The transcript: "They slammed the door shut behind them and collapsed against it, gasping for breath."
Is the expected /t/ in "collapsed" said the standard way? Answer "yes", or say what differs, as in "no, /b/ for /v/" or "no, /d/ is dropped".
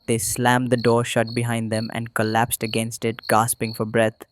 yes